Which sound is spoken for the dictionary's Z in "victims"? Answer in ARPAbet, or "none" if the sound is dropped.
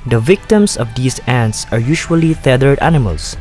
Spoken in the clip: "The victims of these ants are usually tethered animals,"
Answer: S